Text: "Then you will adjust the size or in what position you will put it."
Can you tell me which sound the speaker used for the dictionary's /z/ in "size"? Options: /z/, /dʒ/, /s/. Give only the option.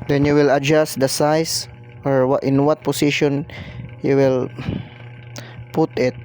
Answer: /s/